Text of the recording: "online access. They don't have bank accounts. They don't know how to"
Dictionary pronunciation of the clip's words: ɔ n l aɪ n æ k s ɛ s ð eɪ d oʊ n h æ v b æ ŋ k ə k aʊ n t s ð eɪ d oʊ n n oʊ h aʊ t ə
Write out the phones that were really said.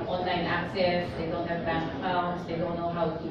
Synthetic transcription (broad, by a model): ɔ n l aɪ n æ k s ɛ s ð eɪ d oʊ n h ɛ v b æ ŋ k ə ʊ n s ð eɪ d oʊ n n oʊ h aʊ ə